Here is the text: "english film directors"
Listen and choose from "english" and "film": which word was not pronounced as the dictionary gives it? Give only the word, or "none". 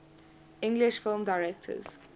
none